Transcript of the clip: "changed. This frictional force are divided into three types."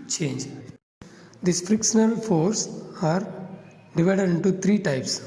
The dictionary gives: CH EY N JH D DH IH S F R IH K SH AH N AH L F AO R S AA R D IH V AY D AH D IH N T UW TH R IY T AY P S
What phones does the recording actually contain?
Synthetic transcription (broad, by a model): CH EY N JH D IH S F R IH K SH AH N AH L F AO R S AA R D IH V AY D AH D IH N T UW T R IY T AY P S